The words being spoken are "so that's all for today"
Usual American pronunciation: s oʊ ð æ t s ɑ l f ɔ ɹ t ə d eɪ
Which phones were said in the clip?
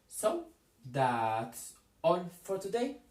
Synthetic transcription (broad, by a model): s oʊ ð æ t s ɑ n f ɔ ɹ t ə d eɪ